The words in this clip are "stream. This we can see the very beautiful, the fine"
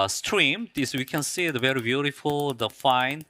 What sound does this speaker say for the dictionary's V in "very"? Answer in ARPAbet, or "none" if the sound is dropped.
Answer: V